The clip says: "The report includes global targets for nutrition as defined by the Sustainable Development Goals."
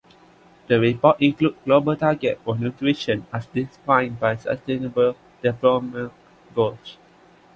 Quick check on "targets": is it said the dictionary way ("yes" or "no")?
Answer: no